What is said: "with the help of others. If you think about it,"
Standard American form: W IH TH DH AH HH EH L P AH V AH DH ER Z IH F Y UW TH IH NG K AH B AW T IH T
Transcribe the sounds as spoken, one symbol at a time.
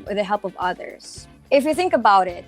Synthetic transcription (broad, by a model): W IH DH AH HH EH L P AH V AH DH ER Z IH F Y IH TH IH NG K AH B AW T IH T